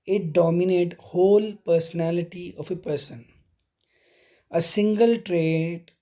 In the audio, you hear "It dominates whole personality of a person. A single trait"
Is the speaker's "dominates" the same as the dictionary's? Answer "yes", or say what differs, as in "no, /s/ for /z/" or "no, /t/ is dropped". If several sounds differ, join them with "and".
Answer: no, /s/ is dropped